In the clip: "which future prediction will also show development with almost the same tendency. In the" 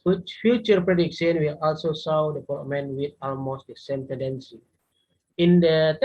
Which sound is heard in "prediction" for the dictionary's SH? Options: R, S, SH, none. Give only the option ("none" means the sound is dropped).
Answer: S